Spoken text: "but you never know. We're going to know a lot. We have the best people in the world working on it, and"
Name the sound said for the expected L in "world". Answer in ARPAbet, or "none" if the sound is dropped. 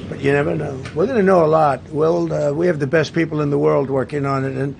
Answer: L